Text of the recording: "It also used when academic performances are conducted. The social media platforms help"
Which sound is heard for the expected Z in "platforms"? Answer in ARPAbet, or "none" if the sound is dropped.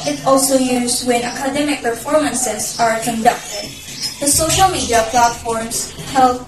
S